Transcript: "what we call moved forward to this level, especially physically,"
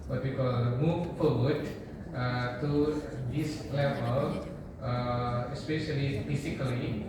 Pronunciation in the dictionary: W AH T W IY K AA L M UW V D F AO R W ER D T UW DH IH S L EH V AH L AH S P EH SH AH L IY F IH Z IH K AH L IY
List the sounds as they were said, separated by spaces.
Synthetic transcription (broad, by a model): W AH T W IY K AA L M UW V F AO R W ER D T UW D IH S L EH P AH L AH S P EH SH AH L IY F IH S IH K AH L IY